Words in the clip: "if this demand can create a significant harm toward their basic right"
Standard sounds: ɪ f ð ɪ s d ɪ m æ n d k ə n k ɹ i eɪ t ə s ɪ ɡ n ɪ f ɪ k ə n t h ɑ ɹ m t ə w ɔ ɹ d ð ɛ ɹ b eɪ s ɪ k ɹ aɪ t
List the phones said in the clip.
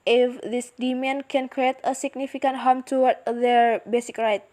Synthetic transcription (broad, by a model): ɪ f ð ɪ s d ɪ m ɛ n k ə n k ɹ i eɪ t ə s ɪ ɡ n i f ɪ k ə n t h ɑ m t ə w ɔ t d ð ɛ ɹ b eɪ s ɪ k ɹ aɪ t